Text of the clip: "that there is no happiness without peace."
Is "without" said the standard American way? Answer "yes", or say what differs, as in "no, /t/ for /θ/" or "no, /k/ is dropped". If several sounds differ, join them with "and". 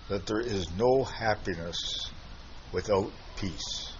yes